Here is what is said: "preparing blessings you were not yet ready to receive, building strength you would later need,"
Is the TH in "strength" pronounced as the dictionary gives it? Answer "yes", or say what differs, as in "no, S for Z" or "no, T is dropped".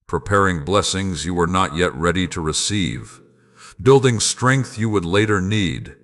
yes